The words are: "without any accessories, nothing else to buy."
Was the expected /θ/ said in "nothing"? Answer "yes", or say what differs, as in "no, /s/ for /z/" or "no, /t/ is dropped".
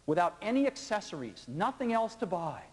yes